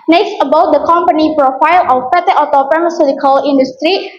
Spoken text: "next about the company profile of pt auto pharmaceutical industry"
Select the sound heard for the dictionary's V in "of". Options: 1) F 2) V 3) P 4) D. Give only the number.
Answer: 3